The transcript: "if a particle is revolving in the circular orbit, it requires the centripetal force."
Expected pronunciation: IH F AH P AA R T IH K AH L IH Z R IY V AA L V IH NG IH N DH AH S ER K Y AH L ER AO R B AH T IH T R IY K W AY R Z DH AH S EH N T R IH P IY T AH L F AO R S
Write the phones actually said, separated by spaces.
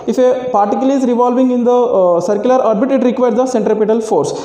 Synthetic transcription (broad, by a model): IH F AH P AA R T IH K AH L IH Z R IY V AA L V IH NG IH N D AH S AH K Y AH L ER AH R B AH T IH T R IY K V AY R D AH S EH N T R IH P IY T AH L F AO R S